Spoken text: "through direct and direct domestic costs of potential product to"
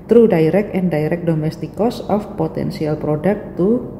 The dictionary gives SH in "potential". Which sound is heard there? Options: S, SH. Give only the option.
S